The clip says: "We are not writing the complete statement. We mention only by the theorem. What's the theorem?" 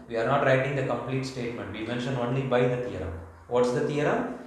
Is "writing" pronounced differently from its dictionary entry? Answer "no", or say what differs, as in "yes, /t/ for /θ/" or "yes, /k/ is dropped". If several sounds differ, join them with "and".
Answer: no